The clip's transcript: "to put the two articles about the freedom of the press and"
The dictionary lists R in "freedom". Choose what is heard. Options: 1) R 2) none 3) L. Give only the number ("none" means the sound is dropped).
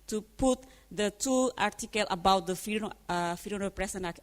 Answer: 2